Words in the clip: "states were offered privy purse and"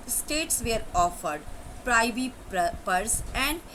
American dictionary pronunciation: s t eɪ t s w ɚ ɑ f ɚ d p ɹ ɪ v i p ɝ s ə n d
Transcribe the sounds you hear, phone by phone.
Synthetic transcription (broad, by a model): s t eɪ t s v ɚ ɑ f ɚ d p ɹ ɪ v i p ɝ s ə n d